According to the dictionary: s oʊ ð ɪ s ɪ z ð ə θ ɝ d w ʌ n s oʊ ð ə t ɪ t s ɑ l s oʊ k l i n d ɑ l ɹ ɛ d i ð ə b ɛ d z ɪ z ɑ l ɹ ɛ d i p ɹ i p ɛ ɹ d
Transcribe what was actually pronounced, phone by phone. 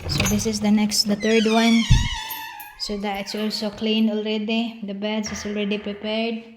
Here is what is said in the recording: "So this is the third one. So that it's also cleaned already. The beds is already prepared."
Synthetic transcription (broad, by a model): s oʊ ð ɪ s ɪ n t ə t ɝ d w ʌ n s oʊ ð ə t ɪ t s ɑ l s oʊ k l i n ɑ l ɹ ɛ d i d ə b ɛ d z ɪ s ɑ l ɹ ɛ d i p ɹ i p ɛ ɹ d